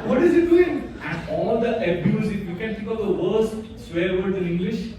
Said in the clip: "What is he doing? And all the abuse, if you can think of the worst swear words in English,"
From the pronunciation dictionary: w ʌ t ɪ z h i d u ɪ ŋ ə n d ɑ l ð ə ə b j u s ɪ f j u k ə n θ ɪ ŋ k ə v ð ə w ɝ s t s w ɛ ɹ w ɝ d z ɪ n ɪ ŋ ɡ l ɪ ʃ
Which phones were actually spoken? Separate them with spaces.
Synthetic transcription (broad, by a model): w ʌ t ɪ z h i d u ɪ ŋ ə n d ɑ l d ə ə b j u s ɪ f j u k ə n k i k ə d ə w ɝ s t s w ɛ ɹ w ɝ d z ɪ n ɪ ŋ ɡ l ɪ ʃ